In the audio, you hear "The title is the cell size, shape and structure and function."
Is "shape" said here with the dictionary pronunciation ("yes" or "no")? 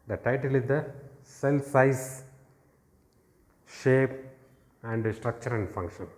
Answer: yes